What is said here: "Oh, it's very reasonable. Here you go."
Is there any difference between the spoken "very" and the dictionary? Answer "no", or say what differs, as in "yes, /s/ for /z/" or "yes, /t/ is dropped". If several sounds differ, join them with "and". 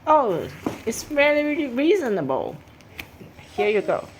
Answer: yes, /l/ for /ɹ/